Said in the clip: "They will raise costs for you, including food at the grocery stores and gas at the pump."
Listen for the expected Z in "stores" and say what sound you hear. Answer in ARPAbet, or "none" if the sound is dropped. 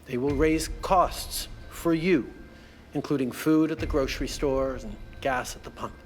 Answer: Z